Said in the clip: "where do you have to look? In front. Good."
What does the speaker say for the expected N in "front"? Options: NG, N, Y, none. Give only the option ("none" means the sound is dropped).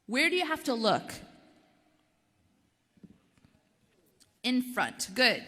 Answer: N